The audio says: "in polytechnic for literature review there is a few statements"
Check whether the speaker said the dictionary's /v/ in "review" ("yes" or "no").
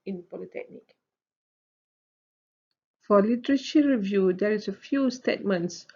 yes